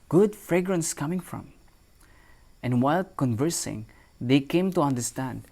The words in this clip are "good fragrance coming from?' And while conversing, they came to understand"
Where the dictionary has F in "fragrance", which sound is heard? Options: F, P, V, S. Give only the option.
F